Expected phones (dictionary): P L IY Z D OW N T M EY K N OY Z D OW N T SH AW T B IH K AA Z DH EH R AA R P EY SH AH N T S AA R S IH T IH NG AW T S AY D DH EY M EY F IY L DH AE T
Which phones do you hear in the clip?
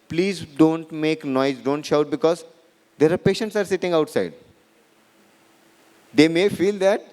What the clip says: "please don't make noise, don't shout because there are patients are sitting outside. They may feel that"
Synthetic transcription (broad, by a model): P L IY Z D OW N T M EY K N OY Z D OW N T SH AW T B IH K AA Z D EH R AA R P EY SH AH N T S AA R S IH T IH NG AW T S AY D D EY M EY F IY L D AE T